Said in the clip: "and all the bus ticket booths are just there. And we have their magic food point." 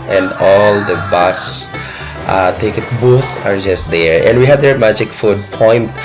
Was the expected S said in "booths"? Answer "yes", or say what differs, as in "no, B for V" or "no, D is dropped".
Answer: no, S is dropped